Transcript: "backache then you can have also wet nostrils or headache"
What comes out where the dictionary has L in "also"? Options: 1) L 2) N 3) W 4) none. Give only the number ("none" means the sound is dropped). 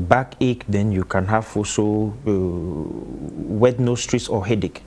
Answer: 4